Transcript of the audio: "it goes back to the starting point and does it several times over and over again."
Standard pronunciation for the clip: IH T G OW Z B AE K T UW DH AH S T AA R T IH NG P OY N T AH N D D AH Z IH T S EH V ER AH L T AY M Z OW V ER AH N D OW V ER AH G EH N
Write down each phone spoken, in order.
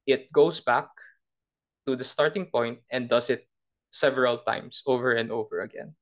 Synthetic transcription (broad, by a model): IH T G OW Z B AE K T UW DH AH S T AA R T IH NG P OY N T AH N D D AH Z IH T S EH V ER AH L T AY M S OW V ER AH N D OW V ER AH G EH N